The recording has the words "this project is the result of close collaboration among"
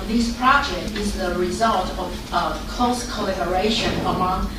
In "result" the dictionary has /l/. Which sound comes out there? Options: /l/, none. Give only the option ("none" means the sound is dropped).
/l/